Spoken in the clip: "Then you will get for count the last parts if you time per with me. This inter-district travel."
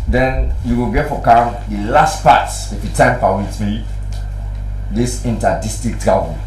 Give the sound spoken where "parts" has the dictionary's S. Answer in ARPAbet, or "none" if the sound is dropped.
none